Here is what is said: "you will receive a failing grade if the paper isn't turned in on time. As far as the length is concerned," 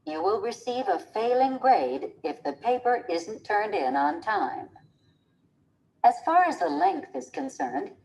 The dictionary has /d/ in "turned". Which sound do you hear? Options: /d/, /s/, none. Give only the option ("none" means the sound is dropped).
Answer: /d/